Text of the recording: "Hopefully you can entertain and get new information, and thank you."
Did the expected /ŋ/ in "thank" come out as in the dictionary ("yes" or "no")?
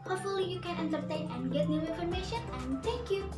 no